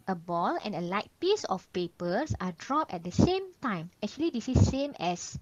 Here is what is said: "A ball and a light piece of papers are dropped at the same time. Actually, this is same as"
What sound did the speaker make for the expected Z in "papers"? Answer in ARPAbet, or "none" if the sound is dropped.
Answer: S